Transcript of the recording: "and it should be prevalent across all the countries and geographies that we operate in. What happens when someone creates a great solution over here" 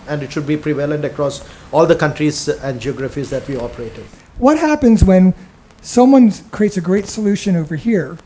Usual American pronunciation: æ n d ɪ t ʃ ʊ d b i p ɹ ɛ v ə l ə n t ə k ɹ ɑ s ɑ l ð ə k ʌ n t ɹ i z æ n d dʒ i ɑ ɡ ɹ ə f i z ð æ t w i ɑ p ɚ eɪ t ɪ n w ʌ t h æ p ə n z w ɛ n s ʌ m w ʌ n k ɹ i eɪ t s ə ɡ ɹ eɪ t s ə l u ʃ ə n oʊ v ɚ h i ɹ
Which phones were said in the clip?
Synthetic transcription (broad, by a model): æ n d ɪ t ʃ ʊ d b i p ɹ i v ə l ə n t ə k ɹ ɑ s ɑ l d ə k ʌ n t ɹ i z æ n d dʒ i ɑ ɡ ɹ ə f i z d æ t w i ɑ p ɚ eɪ t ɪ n w ʌ t h æ p ə n z w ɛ n s ʌ m w ʌ n k ɹ i eɪ t s ə ɡ ɹ eɪ t s ə l u ʃ ə n oʊ v ɚ h i ɹ